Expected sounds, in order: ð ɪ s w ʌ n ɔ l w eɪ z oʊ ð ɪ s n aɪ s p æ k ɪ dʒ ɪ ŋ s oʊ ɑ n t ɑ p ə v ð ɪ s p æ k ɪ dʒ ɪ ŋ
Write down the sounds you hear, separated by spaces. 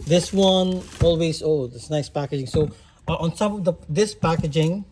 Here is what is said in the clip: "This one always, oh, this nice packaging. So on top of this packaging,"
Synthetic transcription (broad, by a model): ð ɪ s w ʌ n ɔ l w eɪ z oʊ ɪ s n aɪ s p æ k ɪ dʒ ɪ ŋ s oʊ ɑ n s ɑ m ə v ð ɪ s p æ k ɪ dʒ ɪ ŋ